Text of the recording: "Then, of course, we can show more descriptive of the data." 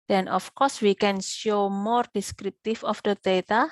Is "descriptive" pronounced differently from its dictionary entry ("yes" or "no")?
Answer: yes